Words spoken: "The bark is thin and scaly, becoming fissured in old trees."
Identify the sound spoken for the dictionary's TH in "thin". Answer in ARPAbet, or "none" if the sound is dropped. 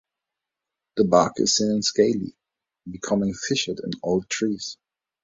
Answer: S